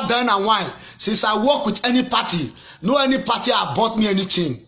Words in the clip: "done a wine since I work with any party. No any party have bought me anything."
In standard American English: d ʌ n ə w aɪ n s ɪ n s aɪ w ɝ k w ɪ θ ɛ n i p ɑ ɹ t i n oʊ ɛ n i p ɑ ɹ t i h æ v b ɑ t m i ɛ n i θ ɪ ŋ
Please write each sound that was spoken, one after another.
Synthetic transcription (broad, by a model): d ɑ n ə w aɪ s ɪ s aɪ w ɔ k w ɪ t ɛ n i p ɑ t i n oʊ ɛ n i p ɑ t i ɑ b ɑ t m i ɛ n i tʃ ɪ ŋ